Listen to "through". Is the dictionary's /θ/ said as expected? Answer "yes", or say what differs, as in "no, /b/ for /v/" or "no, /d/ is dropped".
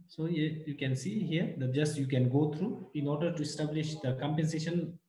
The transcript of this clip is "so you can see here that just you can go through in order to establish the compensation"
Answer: no, /t/ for /θ/